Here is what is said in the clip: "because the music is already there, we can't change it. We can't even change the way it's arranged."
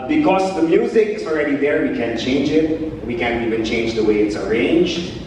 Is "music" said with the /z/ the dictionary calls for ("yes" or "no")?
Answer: yes